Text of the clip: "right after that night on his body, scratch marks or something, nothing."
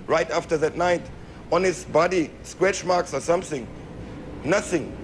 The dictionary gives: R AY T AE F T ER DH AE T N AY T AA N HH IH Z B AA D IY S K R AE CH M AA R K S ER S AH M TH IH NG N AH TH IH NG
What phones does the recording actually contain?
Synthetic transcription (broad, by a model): R AY T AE F T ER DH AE T N AY T AA N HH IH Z B AA D IY S K W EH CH M AA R K S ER S AH M TH IH NG N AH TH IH NG